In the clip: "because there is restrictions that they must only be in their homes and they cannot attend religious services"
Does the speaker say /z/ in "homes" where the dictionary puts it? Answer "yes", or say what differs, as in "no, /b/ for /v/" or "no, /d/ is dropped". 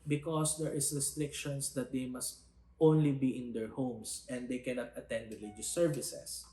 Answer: no, /s/ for /z/